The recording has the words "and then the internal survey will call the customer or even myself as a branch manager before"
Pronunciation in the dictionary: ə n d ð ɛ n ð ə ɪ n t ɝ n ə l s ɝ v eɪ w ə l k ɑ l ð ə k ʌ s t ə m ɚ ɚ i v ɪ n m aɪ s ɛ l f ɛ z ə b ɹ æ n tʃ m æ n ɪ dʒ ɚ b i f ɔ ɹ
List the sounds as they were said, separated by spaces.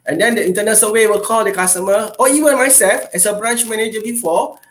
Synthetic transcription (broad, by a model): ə n d ɛ n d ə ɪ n t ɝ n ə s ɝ w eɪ w ə l k ɑ l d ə k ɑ s t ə m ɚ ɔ i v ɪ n m aɪ s ɛ l f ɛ s ə b ɹ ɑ n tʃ m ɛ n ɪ dʒ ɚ b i f ɔ